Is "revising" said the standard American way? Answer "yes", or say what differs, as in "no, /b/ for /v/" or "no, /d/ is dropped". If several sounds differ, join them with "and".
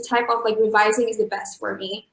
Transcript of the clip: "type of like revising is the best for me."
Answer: yes